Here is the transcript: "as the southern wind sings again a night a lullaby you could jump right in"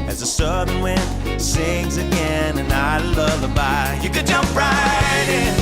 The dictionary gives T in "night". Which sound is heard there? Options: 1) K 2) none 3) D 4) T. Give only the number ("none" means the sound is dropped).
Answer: 2